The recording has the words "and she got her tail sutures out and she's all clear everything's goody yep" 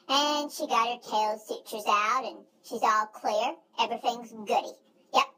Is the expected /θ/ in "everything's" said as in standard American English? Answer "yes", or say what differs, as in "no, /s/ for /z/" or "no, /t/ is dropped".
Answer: yes